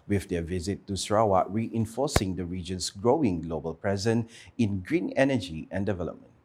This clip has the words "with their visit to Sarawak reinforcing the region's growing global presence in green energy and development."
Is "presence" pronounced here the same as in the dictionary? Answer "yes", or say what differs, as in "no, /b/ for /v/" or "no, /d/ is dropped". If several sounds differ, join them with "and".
no, /s/ is dropped